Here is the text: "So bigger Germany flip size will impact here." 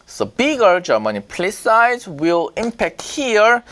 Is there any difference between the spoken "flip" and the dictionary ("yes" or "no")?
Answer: yes